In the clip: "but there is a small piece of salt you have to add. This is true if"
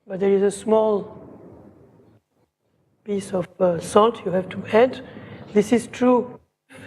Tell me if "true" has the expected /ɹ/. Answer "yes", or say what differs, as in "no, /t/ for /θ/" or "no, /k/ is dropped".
yes